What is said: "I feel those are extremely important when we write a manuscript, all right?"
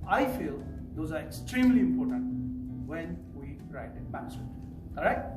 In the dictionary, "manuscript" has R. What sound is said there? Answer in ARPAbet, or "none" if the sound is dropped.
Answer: none